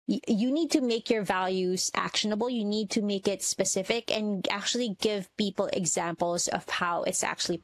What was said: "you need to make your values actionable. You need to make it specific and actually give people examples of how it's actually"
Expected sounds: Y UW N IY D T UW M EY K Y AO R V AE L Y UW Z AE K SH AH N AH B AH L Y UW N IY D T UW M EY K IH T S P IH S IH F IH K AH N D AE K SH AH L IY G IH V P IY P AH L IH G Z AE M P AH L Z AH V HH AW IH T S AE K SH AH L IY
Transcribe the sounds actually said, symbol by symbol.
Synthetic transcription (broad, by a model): Y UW N IY D T UW M EY K Y AO R V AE L Y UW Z AE K SH AH N AH B AH L Y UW N IY D T UW M EY K IH T S P IH S IH F IH K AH N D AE K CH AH L IY G IH V P IY P AH L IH G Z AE M P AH L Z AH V HH AW IH T S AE K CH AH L IY